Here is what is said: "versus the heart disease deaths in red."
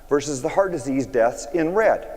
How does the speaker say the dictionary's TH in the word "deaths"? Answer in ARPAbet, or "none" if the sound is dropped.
TH